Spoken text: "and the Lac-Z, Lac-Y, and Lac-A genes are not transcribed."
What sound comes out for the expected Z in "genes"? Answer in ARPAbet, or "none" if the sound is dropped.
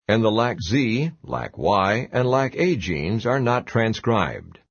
Z